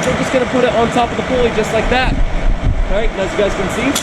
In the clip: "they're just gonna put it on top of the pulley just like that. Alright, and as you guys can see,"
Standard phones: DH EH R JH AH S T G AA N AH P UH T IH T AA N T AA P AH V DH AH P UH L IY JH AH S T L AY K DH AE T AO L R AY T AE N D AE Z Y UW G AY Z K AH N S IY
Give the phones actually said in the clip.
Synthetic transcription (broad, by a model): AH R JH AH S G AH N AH P UH T IH T N T AA P AH V DH AH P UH L IY JH AH S T L AY K DH AE T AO R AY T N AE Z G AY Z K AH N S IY